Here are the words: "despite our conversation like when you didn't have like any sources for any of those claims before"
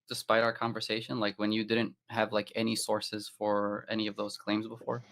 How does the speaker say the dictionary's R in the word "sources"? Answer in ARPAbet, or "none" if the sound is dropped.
R